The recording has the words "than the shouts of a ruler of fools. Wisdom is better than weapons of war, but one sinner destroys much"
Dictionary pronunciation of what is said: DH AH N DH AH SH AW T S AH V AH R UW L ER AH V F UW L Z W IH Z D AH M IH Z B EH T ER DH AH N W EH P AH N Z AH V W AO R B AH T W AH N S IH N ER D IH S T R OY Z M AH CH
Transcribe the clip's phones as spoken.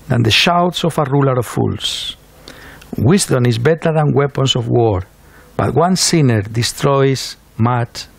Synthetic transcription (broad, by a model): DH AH N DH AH SH AW T S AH F AH R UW L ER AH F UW L S W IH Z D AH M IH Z B EH T ER DH AH N W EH P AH N S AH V W AO R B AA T W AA N S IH N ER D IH S T R OY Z M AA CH